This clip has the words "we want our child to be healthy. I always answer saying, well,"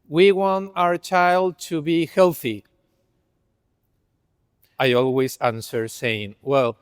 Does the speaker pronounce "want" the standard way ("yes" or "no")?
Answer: yes